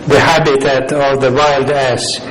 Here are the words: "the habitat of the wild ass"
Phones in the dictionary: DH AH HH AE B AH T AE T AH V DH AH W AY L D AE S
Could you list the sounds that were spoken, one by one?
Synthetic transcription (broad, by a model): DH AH HH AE B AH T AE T AH V DH AH W AY L D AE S